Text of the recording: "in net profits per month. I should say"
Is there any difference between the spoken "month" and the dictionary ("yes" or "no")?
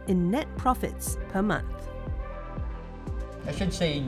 no